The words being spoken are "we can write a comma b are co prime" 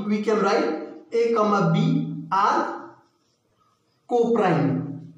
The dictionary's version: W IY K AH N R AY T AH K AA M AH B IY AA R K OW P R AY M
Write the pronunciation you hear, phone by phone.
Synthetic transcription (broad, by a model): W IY K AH L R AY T AH K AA M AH B IY AA R K OW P R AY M